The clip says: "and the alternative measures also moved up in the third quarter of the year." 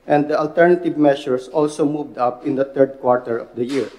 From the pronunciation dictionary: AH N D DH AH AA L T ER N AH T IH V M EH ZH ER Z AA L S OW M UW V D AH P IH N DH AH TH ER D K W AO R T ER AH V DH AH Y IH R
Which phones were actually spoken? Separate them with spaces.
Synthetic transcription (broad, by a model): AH N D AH AA L T ER N AH T IH V M EH SH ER S AA L S OW M UW V D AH P IH N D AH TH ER D K W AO R T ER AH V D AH Y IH R